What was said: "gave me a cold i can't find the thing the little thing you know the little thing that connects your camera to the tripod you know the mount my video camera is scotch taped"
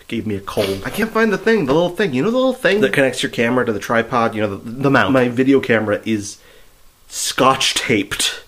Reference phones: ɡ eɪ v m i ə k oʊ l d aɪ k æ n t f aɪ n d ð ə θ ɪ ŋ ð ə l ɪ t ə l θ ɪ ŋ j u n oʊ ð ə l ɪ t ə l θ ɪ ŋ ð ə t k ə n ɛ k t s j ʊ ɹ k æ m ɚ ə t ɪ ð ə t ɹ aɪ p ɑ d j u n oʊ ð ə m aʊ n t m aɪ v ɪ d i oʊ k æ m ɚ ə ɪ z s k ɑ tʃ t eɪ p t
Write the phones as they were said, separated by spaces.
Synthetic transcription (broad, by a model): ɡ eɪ v m i ə k oʊ l d aɪ k æ n t f aɪ n ð ə θ ɪ ŋ ð ə l ɪ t l θ ɪ ŋ j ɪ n oʊ ð ə l ɪ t l θ ɪ ŋ ð ə t k ə n ɛ k t s j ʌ ɹ k æ m ɚ ə t ɪ ð ə t ɹ aɪ p ɑ d j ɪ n oʊ ð ə m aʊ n m aɪ v ɪ d i oʊ k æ m ɚ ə ɪ z s k ɑ tʃ t eɪ p t